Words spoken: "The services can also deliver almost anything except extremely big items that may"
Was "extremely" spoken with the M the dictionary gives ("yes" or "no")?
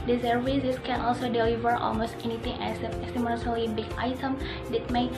no